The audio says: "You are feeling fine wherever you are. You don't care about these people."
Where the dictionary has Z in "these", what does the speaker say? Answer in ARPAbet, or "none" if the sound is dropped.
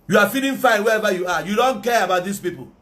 S